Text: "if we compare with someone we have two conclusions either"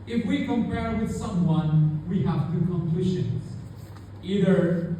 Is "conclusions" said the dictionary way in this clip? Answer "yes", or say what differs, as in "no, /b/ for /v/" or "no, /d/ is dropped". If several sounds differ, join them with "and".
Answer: no, /ʃ/ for /ʒ/